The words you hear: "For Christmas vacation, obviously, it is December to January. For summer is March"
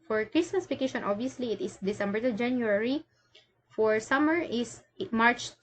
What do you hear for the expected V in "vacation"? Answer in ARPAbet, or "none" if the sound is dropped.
P